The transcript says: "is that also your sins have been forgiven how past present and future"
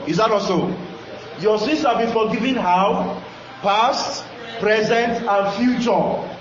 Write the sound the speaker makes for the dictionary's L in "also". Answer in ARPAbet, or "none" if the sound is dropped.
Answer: none